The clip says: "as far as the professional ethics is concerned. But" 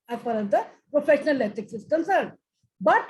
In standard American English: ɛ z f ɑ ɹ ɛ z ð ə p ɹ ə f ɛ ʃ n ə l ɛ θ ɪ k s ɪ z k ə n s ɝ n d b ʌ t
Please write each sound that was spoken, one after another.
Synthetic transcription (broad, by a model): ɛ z p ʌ ɹ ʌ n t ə p ɹ ə f ɛ ʃ n ə l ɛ t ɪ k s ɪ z k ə n s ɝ n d b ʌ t